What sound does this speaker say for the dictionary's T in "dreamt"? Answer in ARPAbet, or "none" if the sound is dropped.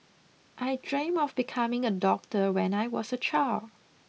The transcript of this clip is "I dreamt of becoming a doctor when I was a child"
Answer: none